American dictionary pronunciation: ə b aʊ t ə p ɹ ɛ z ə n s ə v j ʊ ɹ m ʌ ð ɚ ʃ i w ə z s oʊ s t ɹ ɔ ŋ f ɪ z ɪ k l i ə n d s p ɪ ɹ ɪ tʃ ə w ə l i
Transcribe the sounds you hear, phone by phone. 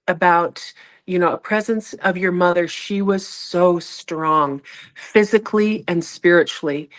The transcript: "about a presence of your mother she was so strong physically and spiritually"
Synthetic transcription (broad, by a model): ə b aʊ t ə p ɹ ɛ z ə n s ə v j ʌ ɹ m ʌ ð ɚ ʃ i w ə z s oʊ s t ɹ ɔ ŋ f ɪ z ɪ k l i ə n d s p ɪ ɹ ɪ tʃ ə l i